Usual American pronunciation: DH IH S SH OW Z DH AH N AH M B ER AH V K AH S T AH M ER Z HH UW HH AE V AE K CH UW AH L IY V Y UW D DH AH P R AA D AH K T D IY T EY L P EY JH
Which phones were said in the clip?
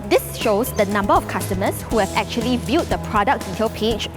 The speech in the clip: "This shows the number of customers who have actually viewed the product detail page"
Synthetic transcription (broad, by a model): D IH S SH OW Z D AH N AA M B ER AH F K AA S T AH M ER S HH UW HH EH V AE K CH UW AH L IY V Y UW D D AH P R AA D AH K D IY T EY L P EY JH